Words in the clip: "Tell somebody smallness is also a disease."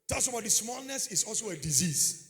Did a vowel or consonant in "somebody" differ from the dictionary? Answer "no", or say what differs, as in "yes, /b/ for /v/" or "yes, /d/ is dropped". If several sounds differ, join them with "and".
yes, /m/ is dropped